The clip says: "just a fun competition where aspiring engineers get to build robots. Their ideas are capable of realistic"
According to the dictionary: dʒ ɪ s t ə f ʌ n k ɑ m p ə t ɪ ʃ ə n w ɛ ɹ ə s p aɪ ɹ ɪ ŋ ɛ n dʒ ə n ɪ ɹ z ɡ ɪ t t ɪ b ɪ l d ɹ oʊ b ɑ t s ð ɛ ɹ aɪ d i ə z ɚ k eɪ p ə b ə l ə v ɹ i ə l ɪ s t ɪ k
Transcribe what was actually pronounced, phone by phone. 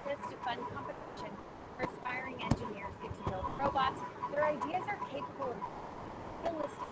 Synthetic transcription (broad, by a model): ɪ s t ə f ʌ n k ɑ m p ə t ɪ ʃ ə n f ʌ ɹ ə s p aɪ ɹ ɪ ŋ ɛ n dʒ ə n ɪ ɹ z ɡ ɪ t t ɪ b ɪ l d ɹ oʊ b ɑ t s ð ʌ ɹ aɪ d i ə z ɚ k eɪ p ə b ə l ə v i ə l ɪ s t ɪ